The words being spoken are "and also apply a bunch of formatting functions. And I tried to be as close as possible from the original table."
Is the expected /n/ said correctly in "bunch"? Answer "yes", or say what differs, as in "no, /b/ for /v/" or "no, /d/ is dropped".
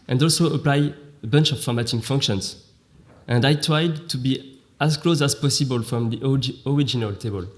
yes